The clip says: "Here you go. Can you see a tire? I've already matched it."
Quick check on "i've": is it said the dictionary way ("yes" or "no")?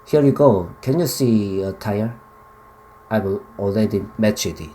no